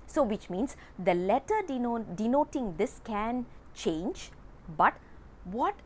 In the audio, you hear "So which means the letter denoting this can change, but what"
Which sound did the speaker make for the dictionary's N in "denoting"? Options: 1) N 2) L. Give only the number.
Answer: 1